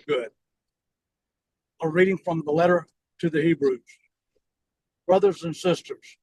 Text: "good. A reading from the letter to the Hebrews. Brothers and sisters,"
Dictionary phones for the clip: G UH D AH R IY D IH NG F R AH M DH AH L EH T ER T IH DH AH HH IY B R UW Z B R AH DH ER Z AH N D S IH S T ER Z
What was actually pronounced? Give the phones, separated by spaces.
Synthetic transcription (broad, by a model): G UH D AH R IY D IH NG F R AH M DH AH L EH T ER T IH DH AH HH IY B R UW Z B R AH DH ER Z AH N S IH S T ER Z